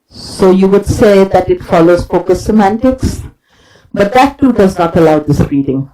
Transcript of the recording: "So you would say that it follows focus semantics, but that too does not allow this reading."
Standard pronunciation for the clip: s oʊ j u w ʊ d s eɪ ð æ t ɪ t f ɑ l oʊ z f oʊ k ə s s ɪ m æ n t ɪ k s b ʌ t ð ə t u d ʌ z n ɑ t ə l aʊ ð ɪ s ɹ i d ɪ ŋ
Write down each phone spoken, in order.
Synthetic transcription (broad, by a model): s oʊ j u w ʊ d s eɪ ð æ t ɪ t f ɑ l oʊ z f oʊ k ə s s ɪ m æ n t ɪ k s b ʌ t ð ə t u d ʌ z n ɑ t ə l aʊ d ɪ s ɹ i d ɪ ŋ